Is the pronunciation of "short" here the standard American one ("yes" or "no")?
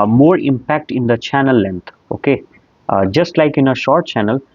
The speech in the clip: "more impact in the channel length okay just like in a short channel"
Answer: yes